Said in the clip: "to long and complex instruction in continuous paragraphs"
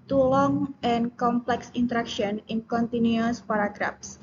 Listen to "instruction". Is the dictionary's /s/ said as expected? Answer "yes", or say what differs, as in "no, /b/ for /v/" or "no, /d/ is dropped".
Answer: no, /s/ is dropped